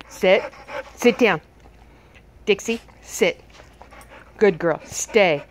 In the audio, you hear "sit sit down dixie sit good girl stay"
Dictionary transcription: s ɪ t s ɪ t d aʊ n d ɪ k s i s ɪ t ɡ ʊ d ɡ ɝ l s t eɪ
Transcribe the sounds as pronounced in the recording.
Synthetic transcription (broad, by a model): s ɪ t s ɪ t d aʊ n d ɪ k s i s ɪ t ɡ ʊ d ɡ ɝ l s t eɪ